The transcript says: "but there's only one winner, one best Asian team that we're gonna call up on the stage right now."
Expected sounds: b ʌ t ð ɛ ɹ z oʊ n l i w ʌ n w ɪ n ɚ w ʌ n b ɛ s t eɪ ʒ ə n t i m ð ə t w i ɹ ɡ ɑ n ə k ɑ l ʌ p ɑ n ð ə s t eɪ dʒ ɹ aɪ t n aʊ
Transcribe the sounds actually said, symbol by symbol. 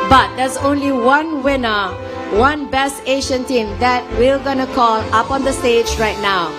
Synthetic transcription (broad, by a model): b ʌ t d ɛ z oʊ n l i w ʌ n w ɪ n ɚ w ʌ n b ɛ s t eɪ ʃ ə n t i m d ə t w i l ɡ ɑ n ə k ɑ l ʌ p ɑ n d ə s t eɪ dʒ ɹ aɪ t n aʊ